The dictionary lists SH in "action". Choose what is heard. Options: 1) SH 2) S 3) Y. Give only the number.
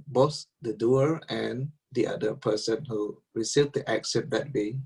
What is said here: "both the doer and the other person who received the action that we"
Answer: 2